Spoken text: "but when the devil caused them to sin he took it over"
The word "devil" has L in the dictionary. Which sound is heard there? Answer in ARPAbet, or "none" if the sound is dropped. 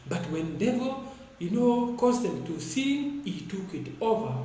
N